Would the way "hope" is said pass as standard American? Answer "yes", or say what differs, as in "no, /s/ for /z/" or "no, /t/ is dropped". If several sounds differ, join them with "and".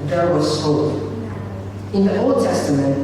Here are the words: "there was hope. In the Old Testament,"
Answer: no, /p/ is dropped